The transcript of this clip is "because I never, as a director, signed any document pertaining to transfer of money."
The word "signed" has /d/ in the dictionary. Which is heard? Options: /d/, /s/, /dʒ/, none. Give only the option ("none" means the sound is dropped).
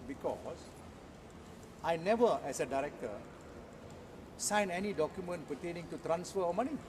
none